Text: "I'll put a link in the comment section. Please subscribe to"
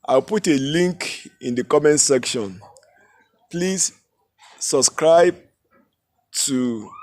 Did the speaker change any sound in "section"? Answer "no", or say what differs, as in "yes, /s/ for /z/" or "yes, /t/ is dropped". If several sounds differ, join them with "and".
no